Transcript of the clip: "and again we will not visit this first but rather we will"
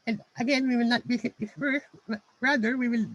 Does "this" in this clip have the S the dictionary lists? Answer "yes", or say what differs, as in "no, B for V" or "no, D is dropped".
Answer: no, S is dropped